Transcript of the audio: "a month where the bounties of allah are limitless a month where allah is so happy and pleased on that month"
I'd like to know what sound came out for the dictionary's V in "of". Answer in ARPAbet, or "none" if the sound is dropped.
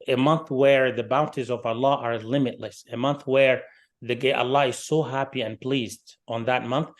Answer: V